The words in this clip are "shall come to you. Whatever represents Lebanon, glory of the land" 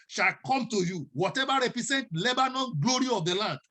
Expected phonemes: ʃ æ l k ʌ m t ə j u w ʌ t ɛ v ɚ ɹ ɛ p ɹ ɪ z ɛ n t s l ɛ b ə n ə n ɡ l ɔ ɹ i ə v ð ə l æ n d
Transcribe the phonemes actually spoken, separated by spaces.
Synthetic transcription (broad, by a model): ʃ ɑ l k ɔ m t ə j u w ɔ t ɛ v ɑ ɹ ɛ p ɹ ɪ s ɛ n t l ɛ b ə n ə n ɡ l ɔ ɹ i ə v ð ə l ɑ n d